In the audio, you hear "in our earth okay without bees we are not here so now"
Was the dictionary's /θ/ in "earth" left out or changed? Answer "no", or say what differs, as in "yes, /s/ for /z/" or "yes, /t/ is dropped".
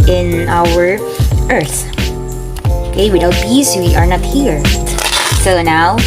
no